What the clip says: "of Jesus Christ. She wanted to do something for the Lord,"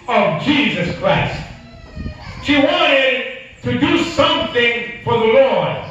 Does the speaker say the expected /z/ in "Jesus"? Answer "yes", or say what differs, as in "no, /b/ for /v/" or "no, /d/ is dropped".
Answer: yes